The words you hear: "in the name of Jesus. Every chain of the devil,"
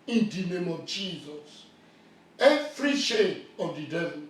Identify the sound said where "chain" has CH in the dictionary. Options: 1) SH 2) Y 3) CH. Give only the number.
1